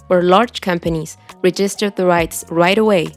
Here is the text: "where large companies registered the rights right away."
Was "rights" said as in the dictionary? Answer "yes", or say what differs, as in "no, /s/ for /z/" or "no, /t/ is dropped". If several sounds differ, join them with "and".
yes